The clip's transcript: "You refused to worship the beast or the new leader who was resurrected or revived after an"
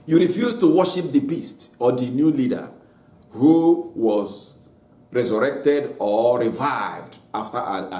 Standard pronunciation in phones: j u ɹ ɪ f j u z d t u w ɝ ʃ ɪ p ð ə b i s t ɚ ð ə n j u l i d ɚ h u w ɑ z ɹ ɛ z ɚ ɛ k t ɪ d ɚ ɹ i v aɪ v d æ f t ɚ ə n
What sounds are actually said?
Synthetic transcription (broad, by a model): j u ɹ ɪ f j u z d t u w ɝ ʃ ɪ p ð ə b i s t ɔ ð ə n j u l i d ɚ h u w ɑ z ɹ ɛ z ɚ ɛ k t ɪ d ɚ ɹ i v aɪ v d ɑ f t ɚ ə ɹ